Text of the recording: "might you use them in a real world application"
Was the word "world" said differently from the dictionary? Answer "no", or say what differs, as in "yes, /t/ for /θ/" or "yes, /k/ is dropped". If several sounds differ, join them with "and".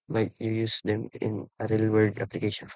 yes, /l/ is dropped